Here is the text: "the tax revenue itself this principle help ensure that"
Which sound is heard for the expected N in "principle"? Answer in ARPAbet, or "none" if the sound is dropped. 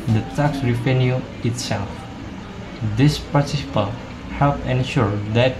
none